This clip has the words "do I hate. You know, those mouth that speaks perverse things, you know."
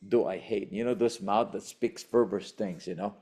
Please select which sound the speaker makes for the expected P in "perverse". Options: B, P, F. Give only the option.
F